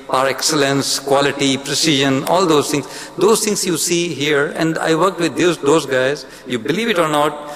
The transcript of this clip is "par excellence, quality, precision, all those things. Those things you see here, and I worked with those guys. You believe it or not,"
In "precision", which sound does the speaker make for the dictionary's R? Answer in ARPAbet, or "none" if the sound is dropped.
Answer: R